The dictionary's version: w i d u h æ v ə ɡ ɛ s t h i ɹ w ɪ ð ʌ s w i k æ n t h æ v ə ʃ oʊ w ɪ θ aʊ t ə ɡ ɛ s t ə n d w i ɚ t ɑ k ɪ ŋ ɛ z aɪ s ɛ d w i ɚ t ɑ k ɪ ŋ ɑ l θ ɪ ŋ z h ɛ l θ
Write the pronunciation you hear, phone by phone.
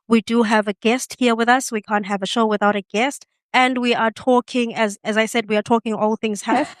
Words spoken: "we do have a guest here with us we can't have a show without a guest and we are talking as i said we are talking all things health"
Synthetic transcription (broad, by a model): w i d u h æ v ə ɡ ɛ s t h i ɹ w ɪ ð ʌ s w i k æ n t h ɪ v ə ʃ oʊ w ɪ θ aʊ t ə ɡ ɛ s t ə n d w i ɚ t ɑ k ɪ ŋ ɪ z aɪ s ɛ d w i ɚ t ɑ k ɪ ŋ ɑ l θ ɪ ŋ z h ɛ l